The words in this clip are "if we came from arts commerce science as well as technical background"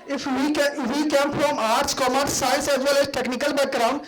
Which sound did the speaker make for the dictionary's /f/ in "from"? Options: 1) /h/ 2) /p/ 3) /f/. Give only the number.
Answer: 2